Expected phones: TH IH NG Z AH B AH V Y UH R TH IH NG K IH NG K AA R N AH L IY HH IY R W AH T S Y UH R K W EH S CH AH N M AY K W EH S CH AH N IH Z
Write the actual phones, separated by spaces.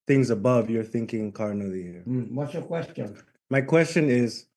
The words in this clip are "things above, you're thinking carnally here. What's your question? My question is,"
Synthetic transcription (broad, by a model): TH IH NG Z AH B AH V Y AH R TH IH NG K IH NG K AA R N AH L IY HH IY R W AH T S Y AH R K W EH S CH AH N M AY K W EH S CH AH N IH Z